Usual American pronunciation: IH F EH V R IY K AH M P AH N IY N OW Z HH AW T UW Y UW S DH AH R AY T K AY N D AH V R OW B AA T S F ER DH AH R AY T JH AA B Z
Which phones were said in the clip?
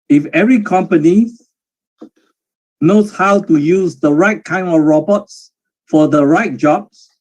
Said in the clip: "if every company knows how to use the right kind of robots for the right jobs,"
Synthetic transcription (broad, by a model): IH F EH V R IY K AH M P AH N IY N OW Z HH AW T UW Y UW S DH AH R AY T K AY N D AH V R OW B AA T S F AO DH AH R AY T JH AA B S